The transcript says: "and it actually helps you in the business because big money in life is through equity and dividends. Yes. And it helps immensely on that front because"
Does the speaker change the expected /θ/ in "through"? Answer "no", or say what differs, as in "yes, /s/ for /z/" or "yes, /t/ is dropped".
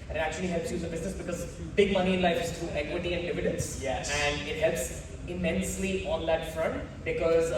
yes, /t/ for /θ/